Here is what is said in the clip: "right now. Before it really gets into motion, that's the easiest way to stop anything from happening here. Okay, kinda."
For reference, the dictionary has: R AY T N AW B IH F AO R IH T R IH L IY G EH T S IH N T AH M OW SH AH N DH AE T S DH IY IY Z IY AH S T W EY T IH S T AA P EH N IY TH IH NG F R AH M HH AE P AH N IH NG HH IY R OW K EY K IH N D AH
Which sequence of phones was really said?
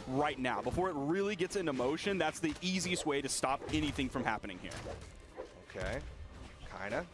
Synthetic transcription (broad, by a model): R AY T N AW B IH F AO R IH T R IH L IY G EH T S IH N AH M OW SH AH N DH AE T S DH IY IY Z IY AH S T W EY T IH S T AA P EH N IY TH IH NG F R AH M HH AE P AH N IH NG HH IY R OW K EY K IH N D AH